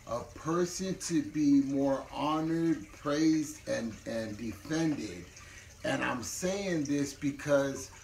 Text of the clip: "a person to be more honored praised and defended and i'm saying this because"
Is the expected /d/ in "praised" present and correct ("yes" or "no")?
yes